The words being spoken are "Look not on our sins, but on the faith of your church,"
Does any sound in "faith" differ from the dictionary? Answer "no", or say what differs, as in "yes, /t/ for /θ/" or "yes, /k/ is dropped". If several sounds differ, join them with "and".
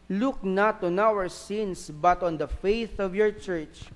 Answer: no